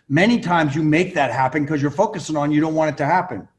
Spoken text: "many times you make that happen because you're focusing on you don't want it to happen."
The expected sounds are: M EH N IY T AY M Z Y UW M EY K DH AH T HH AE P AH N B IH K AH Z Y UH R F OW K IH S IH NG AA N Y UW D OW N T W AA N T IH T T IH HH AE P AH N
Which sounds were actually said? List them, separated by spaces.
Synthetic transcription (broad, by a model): M EH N IY T AY M Z Y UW M EY K DH AH T HH AE P AH N K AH Z Y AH R F OW K IH S IH NG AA N Y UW D OW N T W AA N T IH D T IH HH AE P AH N